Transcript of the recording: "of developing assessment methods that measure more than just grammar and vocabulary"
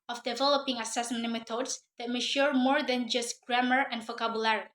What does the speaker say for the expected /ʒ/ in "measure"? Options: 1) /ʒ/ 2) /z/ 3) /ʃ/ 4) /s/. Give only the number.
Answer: 3